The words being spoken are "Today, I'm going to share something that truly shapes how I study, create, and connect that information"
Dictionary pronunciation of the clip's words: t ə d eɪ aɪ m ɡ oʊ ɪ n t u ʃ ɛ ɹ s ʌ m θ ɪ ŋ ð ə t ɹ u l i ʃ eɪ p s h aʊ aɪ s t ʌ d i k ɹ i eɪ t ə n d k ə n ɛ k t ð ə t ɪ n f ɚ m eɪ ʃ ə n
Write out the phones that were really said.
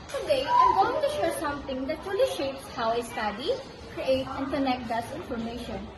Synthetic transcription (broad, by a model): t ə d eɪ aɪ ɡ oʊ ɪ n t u ʃ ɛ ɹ s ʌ m t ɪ ŋ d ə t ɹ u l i ʃ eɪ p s h aʊ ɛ s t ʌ d i k ɹ i eɪ t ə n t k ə n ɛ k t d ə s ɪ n f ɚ m eɪ ʃ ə n